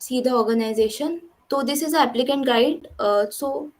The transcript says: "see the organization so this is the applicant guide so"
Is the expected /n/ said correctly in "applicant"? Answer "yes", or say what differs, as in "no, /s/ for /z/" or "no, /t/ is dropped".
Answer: yes